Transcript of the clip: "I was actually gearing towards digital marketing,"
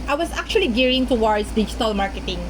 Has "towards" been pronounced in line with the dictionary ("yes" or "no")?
no